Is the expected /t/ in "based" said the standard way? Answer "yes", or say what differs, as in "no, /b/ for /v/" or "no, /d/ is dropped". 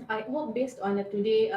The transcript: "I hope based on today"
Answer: yes